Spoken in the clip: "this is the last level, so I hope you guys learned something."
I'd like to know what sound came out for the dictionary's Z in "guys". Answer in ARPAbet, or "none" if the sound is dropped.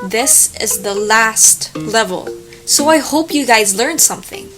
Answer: Z